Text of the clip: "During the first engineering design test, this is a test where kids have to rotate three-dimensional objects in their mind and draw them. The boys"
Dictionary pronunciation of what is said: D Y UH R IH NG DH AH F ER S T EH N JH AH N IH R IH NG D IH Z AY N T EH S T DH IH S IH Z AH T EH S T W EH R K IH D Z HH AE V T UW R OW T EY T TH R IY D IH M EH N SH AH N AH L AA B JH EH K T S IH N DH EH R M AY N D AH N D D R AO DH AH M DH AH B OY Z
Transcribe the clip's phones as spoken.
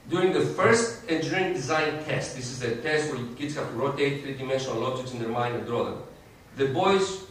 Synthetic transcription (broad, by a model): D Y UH R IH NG DH AH F ER S T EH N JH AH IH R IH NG D IH Z AY N T EH S T DH IH S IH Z AH T EH S T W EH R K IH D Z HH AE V T UW R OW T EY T TH R IY D IH M EH N SH AH N AH L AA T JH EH T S IH N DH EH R M AY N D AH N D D R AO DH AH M DH AH B OY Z